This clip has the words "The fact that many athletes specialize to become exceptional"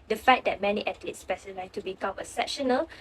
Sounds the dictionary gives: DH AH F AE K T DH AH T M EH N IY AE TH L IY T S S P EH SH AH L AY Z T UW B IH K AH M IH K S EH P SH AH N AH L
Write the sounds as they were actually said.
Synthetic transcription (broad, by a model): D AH F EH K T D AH T M EH N IY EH T L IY T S S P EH S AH L AY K T UW B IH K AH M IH S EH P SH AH N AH L